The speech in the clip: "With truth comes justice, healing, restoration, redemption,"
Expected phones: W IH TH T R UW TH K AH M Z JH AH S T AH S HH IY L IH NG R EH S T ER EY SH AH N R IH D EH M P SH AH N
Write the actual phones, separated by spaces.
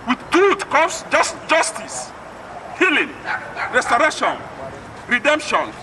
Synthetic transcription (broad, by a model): W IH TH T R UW T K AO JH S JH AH S T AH S HH IY L IH NG R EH S T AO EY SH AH N R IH D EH M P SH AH N